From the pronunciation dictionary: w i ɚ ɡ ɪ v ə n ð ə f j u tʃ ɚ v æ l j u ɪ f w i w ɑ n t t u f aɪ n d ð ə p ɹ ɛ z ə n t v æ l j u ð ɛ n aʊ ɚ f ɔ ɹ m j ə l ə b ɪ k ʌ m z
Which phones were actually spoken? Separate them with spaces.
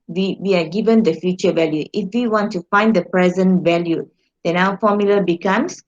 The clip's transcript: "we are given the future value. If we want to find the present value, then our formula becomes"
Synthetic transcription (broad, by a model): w i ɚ ɡ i v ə n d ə f j u tʃ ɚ v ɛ l j u ɪ f w i w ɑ n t t u f aɪ n d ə p ɹ ɛ z ə n t v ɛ l j u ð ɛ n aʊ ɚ f ɔ m j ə l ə b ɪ k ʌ m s